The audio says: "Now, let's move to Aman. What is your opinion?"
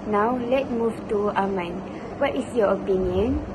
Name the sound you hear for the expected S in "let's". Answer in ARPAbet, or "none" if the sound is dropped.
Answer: none